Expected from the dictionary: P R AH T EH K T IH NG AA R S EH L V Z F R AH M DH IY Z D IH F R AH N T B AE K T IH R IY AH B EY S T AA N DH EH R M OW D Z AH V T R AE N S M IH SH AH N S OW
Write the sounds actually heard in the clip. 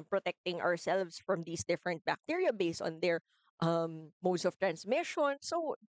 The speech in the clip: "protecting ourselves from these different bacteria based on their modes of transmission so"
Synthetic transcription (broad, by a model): P R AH T EH K T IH NG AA R S EH L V S F R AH M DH IY S D IH F R AH N T B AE K T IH R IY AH B EY S T AA N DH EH R M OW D S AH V T R AE N S M IH SH AH N S OW